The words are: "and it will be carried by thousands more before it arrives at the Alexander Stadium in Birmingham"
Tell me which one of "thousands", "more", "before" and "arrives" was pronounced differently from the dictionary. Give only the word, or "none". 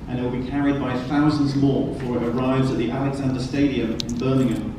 none